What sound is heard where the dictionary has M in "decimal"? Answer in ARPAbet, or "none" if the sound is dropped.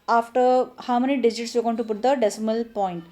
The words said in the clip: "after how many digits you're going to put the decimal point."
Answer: M